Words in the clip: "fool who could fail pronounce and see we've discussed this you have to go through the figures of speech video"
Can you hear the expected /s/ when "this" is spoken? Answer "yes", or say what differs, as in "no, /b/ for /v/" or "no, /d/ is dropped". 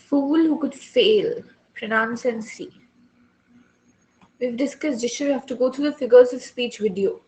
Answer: no, /ʃ/ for /s/